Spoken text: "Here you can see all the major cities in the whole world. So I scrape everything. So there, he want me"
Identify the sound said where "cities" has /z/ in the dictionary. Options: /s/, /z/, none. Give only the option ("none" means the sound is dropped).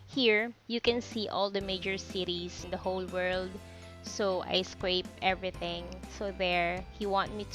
/s/